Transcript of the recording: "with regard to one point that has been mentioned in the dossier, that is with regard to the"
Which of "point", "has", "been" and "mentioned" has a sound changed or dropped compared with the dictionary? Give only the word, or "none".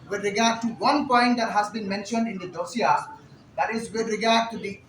none